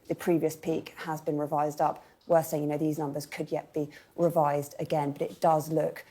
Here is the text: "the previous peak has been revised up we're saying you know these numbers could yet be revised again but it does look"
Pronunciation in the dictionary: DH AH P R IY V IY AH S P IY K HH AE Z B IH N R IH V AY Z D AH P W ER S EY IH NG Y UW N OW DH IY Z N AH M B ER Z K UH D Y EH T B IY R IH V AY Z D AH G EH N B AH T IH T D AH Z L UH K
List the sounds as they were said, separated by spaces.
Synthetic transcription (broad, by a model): DH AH P R IY V IY AH S P IY K HH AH Z B IH N R IH V AY Z D AH P W ER S EY IH NG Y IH N OW DH IY Z N AH M B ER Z K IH D Y EH T B IY R IH V AY Z D AH G EH N B AH T IH T D AH Z L UH K